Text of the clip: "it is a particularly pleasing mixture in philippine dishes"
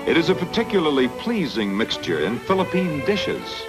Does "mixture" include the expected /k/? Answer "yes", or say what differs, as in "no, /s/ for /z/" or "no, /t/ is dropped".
yes